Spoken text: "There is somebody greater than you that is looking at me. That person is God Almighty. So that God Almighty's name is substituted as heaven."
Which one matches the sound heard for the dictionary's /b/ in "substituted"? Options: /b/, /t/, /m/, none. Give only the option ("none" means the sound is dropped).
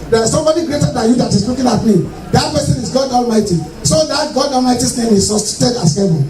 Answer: none